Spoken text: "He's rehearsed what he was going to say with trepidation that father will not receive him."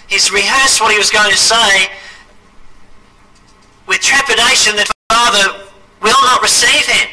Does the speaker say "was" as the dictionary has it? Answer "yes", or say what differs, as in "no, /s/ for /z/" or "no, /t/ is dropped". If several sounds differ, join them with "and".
yes